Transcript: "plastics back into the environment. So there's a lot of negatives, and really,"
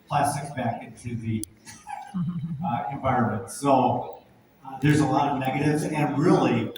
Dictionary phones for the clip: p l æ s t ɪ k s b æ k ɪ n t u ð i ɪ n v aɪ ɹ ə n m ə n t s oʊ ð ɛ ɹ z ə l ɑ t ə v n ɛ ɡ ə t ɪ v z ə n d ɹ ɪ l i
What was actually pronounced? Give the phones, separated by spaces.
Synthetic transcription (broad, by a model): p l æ s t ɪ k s b æ k ɪ n t u ð i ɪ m v aɪ ɹ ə n m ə n t s oʊ ð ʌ ɹ z ə l ɑ t ə v n ɛ ɡ ə t ɪ v z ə n ɹ ɪ l i